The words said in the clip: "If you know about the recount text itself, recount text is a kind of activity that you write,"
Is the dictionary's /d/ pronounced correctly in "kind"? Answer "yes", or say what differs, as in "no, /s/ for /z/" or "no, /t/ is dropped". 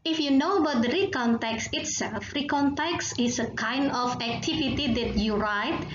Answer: yes